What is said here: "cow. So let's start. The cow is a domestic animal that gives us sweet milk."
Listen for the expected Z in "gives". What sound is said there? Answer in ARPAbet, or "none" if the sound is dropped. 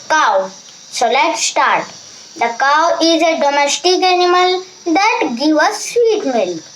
none